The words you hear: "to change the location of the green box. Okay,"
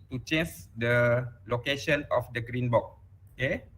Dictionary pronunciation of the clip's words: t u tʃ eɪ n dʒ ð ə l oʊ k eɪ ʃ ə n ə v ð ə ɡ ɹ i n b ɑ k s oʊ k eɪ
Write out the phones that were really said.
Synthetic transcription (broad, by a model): t u tʃ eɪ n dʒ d ə l oʊ k eɪ ʃ ə n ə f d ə ɡ ɹ i n b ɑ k oʊ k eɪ